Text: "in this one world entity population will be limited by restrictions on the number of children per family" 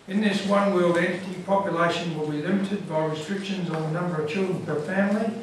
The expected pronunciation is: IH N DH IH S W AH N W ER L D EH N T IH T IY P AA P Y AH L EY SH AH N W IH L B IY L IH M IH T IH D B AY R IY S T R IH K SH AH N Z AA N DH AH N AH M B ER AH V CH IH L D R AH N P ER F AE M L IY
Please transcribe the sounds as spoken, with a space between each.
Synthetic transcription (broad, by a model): IH N DH IH S W AH N W ER L D EH N T IH T IY P AA P Y AH L EY SH AH N W IH L B IY L IH M IH T IH D B AY R IY S T R IH K SH AH N Z N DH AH N AH M B ER AH V CH IH L D R AH N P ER F AE M L IY